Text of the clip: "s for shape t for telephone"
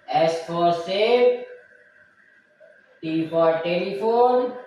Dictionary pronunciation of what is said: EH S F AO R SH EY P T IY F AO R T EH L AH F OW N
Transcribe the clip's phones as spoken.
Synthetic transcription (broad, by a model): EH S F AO R S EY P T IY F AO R T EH L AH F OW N